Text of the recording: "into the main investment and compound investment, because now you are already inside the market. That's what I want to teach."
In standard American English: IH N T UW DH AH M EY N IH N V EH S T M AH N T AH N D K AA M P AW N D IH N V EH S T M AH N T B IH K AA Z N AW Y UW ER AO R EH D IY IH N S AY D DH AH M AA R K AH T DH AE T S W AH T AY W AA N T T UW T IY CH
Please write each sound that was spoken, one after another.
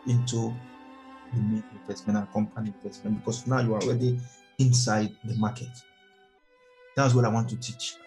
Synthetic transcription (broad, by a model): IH N T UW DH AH M EY N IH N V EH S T M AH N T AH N K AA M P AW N IH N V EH S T M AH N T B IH K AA S N AW Y UW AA AO R EH D IY IH N S AY D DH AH M AA K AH T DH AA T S W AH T AY W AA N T T UW T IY CH